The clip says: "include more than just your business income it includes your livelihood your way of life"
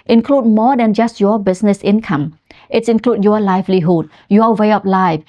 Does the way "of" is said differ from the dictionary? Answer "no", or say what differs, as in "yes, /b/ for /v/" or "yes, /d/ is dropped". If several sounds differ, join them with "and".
yes, /p/ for /v/